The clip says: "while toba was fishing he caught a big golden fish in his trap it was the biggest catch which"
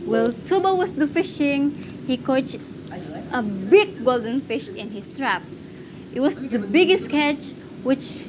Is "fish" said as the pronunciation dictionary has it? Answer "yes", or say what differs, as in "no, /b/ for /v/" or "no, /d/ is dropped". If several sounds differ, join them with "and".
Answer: yes